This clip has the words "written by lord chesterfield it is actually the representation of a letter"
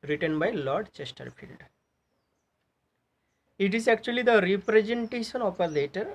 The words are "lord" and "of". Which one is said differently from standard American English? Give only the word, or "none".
of